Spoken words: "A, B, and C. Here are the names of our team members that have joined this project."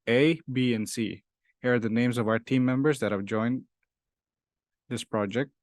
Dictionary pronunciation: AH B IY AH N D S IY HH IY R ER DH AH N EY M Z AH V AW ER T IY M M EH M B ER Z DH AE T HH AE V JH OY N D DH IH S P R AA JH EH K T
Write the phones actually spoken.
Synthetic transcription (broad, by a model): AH B IY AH N S IY HH IY R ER DH AH N EY M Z AH V AW ER T IY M M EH M B ER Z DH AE T HH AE V JH OY N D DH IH S P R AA JH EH K T